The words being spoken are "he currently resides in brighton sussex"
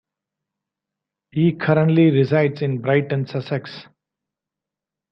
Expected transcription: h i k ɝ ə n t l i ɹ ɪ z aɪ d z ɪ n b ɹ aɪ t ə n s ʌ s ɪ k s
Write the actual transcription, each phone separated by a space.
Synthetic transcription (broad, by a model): h i k ɝ ə n t l i ɹ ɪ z aɪ d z ɪ n b ɹ aɪ t ə n s ʌ s ɪ k s